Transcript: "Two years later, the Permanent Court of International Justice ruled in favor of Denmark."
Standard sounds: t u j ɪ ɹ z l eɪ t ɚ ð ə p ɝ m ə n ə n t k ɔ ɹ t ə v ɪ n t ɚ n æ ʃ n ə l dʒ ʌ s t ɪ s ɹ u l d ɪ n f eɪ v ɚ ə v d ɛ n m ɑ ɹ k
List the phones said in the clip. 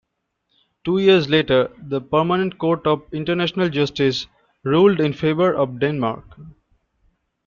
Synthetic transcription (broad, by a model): t u j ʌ ɹ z l eɪ t ɚ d ə p ɝ m ə n ə n t k ɔ ɹ t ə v ɪ n t ɚ n æ ʃ n ə l dʒ ʌ s t ɪ s ɹ u l d ɪ n f eɪ v ɚ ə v d ɛ n m ɑ ɹ k